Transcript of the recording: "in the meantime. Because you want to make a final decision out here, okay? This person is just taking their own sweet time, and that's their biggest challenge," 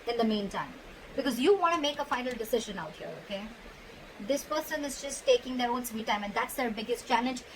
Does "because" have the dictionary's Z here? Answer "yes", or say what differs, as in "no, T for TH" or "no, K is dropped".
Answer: yes